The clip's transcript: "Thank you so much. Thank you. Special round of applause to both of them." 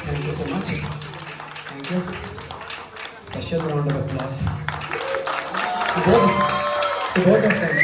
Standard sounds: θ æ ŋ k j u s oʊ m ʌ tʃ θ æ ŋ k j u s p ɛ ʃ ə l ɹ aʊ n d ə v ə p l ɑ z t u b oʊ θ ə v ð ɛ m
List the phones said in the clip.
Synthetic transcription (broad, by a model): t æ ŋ k j u s oʊ m ʌ tʃ t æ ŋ k j u s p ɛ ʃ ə n ɹ aʊ n d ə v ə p l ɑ s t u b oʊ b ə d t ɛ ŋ